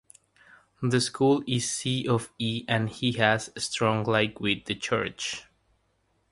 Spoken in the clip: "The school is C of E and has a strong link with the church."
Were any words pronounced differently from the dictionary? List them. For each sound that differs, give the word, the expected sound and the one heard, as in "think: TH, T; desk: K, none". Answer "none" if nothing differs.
link: NG, none